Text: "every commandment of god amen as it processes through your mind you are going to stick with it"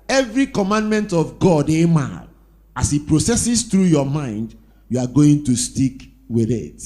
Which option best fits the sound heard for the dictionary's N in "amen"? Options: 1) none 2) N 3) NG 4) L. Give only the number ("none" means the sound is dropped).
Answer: 1